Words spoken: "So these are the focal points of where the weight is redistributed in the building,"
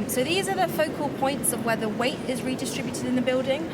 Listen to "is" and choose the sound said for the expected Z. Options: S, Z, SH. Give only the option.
Z